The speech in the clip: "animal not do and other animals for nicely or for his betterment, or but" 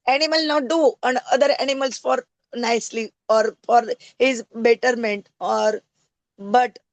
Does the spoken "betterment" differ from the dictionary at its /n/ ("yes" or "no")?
no